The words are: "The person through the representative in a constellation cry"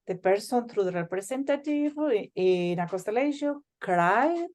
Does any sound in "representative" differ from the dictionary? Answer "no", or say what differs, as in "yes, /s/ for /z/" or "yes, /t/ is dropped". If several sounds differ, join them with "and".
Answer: yes, /s/ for /z/